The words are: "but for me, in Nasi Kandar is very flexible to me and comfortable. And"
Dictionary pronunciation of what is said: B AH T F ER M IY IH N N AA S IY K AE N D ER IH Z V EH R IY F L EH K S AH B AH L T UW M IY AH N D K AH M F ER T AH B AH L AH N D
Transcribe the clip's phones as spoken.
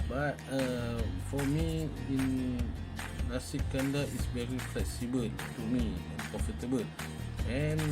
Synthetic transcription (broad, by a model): B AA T F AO M IY IH N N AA S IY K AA N D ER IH S V EH R IY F L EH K S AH B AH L T UW M IY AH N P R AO F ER T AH B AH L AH N